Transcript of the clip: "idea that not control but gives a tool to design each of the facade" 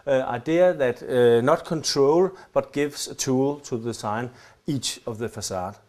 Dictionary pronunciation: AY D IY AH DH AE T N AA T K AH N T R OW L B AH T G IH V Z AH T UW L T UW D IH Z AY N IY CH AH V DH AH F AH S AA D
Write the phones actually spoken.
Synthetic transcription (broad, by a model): AY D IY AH DH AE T N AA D K AH N T R OW L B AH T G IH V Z AH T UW L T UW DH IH S AY N IY CH AH V DH AH F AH S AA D